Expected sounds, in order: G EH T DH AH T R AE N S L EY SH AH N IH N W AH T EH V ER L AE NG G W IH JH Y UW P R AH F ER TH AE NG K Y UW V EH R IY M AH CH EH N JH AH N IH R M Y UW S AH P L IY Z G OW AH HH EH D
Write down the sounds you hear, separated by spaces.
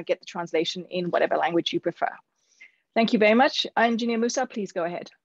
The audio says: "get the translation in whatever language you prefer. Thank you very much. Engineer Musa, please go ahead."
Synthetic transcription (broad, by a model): G EH T DH AH T R AE N S L EY SH AH N IH N W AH T EH V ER L AE NG G W IH JH Y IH P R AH F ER TH AE NG K Y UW V EH R IY M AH CH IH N JH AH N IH M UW S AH P L IY Z G OW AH HH EH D